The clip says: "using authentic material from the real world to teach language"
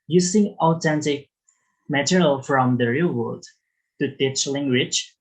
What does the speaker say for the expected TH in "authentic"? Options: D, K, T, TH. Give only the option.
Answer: T